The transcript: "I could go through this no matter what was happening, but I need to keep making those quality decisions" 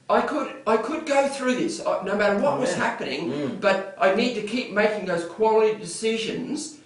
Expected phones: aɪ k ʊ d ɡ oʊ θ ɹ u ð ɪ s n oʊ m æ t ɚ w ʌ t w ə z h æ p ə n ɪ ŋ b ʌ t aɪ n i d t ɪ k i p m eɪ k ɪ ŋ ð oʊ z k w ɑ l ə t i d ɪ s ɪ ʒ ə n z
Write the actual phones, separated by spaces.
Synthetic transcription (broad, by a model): aɪ k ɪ d ɡ oʊ θ ɹ u ð ɪ s n oʊ m æ t ɚ w ʌ t w ə z h æ p ə n ɪ ŋ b ʌ t aɪ n i d t ɪ k i p m eɪ k ɪ ŋ ð oʊ z k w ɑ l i d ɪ s ɪ ʒ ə n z